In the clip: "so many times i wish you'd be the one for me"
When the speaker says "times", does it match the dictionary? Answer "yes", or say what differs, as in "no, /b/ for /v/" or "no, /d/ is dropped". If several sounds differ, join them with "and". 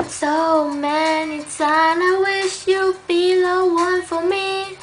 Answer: no, /z/ is dropped